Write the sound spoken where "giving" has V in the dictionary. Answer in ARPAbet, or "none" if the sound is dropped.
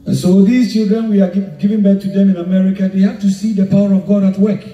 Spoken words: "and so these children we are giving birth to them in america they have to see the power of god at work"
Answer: V